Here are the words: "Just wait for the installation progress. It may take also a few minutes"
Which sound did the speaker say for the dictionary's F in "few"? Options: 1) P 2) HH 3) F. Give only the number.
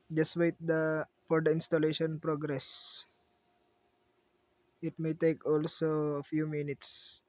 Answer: 3